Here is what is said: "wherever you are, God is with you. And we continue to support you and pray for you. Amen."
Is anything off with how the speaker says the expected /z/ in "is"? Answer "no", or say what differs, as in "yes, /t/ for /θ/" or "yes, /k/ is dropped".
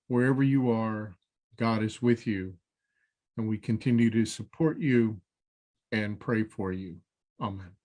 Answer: no